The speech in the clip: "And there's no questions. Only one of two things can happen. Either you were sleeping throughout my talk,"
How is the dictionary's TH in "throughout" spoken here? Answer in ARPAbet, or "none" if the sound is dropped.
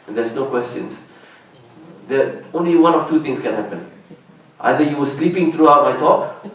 T